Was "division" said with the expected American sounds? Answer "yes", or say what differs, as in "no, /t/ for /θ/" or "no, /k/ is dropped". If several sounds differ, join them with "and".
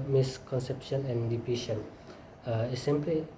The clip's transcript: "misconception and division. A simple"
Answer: no, /p/ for /v/ and /ʃ/ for /ʒ/